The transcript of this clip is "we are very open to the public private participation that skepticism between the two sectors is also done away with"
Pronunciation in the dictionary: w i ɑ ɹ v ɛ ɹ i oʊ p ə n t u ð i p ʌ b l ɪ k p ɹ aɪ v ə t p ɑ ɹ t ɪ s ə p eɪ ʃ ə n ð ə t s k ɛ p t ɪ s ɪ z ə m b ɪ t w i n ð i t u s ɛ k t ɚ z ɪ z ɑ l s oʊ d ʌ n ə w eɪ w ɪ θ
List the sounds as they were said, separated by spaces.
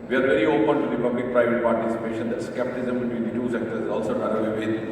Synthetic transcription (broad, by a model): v i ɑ ɹ v ɛ ɹ i oʊ p ə n t u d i p ʌ b l ɪ k p ɹ aɪ v ə t p ɑ ɹ t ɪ s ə p eɪ ʃ ə n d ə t s k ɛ p t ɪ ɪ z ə m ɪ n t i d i t u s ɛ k t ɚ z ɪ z ɑ l s oʊ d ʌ l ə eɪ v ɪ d